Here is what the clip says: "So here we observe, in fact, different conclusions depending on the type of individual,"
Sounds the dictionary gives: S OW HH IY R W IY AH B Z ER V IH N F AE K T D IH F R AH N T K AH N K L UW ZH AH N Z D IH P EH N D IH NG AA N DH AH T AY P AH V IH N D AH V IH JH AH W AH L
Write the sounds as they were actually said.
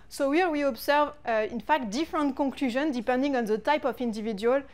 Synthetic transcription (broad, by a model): S OW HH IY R W IY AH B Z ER V IH N F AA K T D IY F R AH N T K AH K L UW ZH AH N D IH P EH N D IH NG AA N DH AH T AY P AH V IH N D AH V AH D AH L